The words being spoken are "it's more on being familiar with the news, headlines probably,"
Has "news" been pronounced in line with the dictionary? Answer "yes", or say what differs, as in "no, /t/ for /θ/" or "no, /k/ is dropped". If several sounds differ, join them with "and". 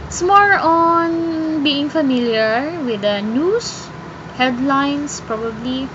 no, /s/ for /z/